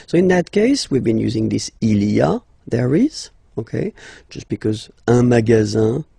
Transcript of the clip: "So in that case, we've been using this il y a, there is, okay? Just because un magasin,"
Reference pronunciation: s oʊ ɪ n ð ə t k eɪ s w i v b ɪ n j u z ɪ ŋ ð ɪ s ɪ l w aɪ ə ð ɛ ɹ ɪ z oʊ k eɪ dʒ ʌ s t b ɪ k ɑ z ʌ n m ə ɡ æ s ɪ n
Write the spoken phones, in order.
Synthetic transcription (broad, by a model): s oʊ ɪ n ð ə t k eɪ s w i v b ɪ n j u z ɪ ŋ ð ɪ s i l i ə ð ɛ ɹ ɪ z oʊ k eɪ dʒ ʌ s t b ɪ k ɑ z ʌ m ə ɡ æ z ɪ